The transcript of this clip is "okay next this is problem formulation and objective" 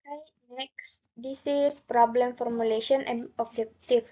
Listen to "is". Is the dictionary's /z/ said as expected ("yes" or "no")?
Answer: no